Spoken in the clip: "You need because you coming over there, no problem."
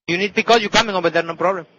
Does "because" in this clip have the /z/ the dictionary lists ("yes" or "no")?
no